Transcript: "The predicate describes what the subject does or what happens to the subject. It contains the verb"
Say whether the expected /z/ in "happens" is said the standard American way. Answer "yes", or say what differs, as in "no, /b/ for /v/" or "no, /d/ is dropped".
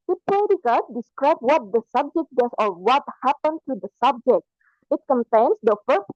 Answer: no, /z/ is dropped